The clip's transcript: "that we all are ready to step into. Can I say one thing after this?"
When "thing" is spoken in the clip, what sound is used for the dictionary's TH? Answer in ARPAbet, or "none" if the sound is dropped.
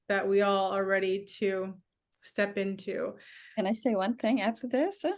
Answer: TH